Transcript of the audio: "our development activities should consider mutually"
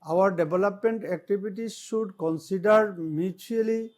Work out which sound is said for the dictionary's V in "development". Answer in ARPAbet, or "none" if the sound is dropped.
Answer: B